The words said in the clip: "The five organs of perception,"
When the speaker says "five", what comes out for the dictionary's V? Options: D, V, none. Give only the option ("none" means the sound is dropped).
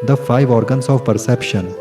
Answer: V